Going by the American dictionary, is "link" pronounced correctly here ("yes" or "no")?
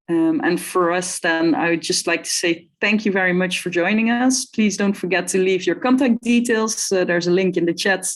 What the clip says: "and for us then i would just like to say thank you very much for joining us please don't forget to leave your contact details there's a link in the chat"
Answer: yes